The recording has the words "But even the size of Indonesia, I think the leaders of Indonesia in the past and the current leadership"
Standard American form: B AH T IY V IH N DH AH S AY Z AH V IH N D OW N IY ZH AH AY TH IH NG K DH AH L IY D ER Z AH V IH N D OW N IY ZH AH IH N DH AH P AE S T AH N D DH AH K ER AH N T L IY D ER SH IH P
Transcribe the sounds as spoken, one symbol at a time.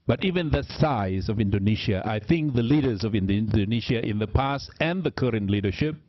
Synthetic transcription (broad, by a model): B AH T IY V IH N DH AH S AY Z AH V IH N D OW N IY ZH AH AY TH IH NG K DH AH L IY D ER Z AH V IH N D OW N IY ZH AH IH N DH AH P AE S T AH N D DH AH K ER AH N T L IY D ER SH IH P